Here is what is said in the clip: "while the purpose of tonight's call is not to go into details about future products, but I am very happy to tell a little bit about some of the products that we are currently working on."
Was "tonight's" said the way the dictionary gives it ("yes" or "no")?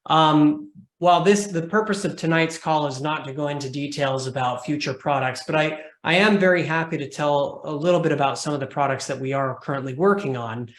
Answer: yes